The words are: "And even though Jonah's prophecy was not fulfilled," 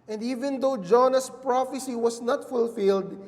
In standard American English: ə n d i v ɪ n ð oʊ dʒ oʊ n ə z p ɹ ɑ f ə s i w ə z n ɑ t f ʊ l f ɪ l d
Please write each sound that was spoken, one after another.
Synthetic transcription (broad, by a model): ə n d i v ɪ n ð oʊ dʒ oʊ n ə s p ɹ ɑ f ə s i w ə s n ɑ t f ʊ l f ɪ l d